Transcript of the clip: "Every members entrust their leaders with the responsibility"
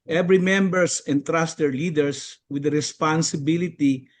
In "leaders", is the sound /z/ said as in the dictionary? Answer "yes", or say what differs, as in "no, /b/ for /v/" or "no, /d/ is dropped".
no, /s/ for /z/